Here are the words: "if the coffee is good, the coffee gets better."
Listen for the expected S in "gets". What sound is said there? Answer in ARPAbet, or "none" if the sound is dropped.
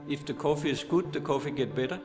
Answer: none